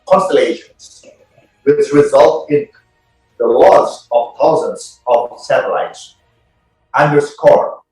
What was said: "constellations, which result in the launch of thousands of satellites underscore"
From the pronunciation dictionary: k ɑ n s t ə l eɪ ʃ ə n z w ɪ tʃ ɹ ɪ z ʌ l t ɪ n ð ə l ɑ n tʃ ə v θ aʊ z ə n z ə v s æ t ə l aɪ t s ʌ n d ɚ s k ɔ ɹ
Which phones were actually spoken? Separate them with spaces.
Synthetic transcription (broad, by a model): k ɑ n s t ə l eɪ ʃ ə n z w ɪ s ɹ ɪ z ʌ l t ɪ n ð ə l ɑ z ə v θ aʊ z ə n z ə v s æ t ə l aɪ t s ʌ n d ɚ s k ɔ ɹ